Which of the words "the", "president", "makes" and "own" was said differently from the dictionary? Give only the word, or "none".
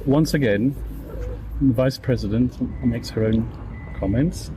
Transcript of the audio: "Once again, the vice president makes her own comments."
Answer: none